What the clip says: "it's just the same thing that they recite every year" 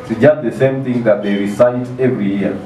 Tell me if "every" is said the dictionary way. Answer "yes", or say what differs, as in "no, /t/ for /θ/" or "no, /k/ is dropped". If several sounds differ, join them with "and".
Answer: yes